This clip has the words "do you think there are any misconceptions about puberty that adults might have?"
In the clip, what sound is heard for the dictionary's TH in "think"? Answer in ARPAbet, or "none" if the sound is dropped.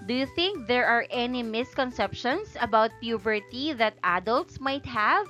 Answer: TH